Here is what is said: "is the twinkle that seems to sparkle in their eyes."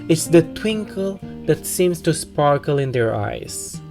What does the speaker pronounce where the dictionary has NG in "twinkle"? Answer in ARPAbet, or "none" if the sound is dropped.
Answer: NG